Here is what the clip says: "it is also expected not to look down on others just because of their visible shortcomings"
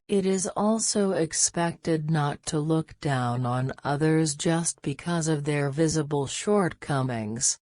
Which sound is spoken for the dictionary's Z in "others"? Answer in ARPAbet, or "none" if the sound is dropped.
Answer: Z